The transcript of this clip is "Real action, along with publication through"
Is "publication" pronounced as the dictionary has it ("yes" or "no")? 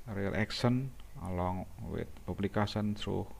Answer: no